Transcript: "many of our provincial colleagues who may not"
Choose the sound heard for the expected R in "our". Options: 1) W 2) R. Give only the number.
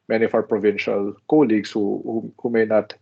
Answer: 1